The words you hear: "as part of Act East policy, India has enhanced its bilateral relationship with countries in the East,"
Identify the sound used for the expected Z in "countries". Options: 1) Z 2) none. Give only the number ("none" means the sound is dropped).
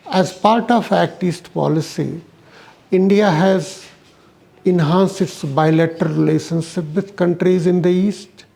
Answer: 1